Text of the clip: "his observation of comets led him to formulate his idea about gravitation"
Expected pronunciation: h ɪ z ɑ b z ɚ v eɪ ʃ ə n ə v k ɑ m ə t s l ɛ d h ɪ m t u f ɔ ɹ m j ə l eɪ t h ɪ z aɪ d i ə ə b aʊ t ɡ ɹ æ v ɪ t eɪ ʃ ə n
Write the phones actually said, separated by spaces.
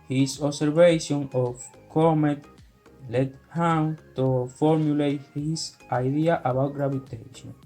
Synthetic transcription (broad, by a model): h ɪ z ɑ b s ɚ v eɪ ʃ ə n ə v k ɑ m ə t l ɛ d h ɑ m t u f ɔ ɹ m j ə l eɪ t h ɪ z aɪ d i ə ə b aʊ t ɡ ɹ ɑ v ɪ t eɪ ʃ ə n